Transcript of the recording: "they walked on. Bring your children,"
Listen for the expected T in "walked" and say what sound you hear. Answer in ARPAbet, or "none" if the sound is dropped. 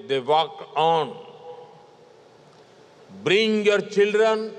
none